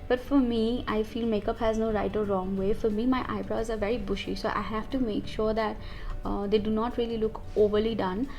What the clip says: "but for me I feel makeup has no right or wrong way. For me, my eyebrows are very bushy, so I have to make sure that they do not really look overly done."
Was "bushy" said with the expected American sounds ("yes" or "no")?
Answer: yes